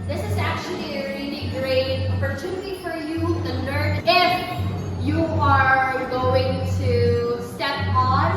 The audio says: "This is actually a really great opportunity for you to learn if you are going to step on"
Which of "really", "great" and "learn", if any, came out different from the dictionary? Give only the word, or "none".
learn